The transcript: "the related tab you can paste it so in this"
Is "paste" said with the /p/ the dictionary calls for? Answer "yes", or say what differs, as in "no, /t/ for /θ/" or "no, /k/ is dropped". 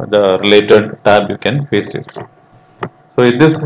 no, /f/ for /p/